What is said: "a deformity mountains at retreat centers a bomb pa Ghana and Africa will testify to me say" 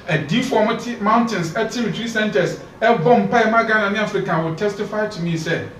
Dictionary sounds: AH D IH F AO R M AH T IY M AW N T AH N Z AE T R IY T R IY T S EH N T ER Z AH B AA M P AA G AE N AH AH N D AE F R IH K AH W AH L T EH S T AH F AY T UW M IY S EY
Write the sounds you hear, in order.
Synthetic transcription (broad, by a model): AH D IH F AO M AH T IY M AW N T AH N S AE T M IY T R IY S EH N T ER S AH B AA M P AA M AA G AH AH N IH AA F R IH K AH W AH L T EH S T AH F AY T UW M IY S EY